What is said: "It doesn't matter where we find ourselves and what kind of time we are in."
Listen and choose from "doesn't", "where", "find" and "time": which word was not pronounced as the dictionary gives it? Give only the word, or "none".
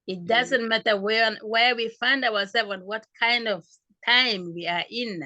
where